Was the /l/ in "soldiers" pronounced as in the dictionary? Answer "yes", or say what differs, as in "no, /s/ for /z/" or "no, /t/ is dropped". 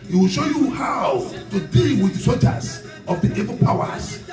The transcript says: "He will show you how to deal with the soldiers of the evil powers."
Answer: no, /l/ is dropped